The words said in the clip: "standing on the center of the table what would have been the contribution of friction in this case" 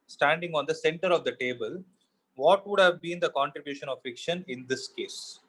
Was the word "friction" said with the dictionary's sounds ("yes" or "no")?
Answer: no